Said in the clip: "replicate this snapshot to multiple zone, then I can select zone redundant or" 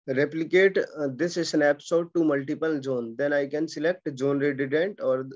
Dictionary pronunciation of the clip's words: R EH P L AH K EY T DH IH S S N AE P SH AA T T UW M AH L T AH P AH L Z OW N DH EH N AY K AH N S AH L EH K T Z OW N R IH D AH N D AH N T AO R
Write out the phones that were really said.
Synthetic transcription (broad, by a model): R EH P L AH K EY T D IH S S N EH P S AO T T UW M AH L T AH P AH L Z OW N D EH N AY K AH N S AH L EH K T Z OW N R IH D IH D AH N T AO R